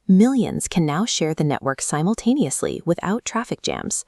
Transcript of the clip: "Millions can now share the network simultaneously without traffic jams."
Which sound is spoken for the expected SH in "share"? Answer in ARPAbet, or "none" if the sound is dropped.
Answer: SH